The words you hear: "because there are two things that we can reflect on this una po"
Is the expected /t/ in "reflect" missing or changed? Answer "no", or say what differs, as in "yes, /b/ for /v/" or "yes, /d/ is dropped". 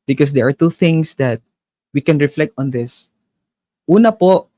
no